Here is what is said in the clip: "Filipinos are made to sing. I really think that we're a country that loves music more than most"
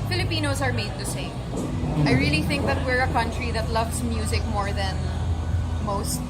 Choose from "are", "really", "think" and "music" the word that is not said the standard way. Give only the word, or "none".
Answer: none